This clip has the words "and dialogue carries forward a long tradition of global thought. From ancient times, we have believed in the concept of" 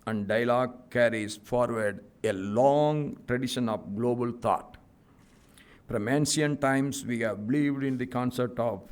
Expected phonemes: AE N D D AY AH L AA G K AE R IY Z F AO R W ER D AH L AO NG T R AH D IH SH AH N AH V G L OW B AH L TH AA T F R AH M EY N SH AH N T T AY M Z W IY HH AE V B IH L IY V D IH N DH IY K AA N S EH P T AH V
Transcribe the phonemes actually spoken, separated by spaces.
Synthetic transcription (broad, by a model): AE N D D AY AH L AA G K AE R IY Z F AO R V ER D AH L AO NG T R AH D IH SH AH N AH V G L OW B AH L T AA T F R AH M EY N S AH N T T AY M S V IY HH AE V B IH L IY V D IH N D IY K AA N S EH P T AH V